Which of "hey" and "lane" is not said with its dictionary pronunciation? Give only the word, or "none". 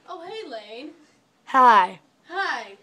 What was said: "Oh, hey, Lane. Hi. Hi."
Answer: none